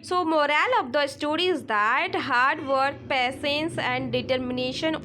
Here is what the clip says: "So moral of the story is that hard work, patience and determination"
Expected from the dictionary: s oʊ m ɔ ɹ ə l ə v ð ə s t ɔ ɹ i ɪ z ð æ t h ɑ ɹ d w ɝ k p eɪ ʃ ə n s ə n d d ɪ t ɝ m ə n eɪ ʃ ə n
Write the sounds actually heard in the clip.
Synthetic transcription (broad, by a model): s oʊ m ɔ ɹ ə l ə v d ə s t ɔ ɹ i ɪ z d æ t h ɑ ɹ d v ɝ k p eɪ s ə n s ə n d d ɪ t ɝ m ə n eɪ ʃ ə n